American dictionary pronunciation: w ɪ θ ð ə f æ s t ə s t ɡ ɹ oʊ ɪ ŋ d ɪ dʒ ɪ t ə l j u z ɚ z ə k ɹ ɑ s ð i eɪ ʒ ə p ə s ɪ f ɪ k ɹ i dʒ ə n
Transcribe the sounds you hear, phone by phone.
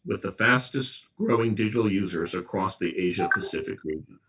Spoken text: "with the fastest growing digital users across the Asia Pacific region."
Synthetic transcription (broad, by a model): w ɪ ð ə f æ s t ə s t ɡ ɹ oʊ ɪ ŋ d ɪ dʒ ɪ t l j u z ɚ z ə k ɹ ɑ s ð i eɪ ʒ ə p ə s ɪ f ɪ k ɹ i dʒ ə n